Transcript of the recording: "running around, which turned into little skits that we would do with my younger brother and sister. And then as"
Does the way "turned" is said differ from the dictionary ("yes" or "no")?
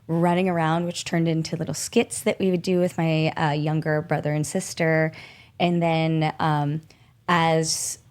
no